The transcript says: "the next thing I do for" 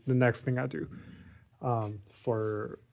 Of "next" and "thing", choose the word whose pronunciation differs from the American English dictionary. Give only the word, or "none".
none